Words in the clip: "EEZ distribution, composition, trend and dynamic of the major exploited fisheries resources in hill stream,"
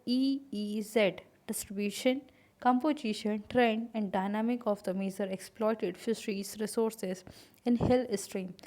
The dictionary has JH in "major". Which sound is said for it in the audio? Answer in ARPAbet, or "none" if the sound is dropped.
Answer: Z